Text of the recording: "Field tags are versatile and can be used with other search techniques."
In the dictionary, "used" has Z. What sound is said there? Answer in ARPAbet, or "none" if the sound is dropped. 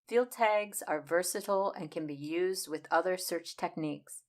Z